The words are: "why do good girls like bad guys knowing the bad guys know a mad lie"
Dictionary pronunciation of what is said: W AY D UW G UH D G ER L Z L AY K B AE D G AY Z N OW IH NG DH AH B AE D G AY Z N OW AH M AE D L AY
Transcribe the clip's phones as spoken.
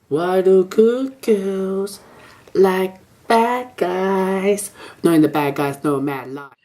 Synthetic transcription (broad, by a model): W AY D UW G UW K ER Z L AY K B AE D G AY Z N OW IH NG DH AH B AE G G AY Z N OW AH M AE D L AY